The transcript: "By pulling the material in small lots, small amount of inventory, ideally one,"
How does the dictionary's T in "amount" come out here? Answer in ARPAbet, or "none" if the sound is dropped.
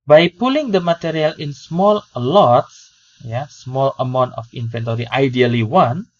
T